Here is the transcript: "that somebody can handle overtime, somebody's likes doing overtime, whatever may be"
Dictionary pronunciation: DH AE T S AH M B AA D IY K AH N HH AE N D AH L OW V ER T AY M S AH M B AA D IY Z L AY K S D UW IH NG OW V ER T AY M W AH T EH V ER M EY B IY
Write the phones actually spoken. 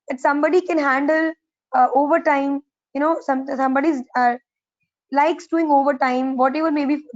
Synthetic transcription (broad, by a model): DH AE T S AH M B AA D IY K AH N HH AE N D AH L OW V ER T AY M S AH M B AA D IY Z L AY K S D UW IH NG OW V ER T AY M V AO T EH V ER M EY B IY